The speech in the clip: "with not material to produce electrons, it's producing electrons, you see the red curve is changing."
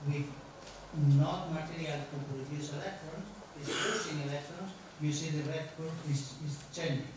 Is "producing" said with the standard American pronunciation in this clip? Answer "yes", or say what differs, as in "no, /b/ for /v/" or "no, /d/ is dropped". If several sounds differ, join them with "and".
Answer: no, /ɹ/ is dropped